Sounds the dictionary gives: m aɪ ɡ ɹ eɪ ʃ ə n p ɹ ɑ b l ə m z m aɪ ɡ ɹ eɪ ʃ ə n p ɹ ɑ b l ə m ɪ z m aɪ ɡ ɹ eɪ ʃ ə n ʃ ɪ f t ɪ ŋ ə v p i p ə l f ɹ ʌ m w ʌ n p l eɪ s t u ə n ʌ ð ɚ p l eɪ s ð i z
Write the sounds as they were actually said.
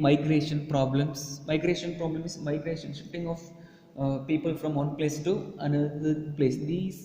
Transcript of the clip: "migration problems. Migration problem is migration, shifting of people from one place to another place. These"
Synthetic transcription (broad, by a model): m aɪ ɡ ɹ eɪ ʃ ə n p ɹ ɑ b l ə m s m aɪ ɡ ɹ eɪ ʃ ə n p ɹ ɑ b l ə m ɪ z m aɪ ɡ ɹ eɪ ʃ ə n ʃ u t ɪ ŋ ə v p i p ə l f ɹ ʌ m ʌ n p l eɪ s t u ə n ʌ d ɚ p l eɪ s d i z